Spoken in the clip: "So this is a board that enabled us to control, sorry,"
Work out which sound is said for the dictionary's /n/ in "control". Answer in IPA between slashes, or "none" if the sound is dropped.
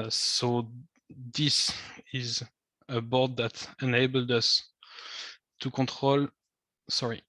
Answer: none